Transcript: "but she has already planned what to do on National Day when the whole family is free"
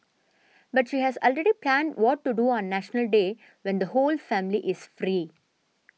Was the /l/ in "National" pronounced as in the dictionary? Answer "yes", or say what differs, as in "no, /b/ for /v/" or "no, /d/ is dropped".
yes